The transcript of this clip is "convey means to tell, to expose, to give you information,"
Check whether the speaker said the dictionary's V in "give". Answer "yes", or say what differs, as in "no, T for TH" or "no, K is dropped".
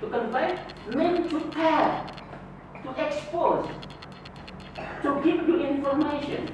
no, P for V